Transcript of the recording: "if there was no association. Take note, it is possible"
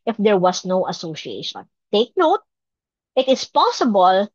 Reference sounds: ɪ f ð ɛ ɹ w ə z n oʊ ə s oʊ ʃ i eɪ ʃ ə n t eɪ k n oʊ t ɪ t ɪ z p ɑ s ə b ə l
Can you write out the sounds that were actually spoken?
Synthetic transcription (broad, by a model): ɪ f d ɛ ɹ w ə s n oʊ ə s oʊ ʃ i eɪ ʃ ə n t eɪ k n oʊ t ɪ t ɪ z p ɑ s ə b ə l